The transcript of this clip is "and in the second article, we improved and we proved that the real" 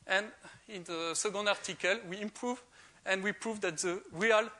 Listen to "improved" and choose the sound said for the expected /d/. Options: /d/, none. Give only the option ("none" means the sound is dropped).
none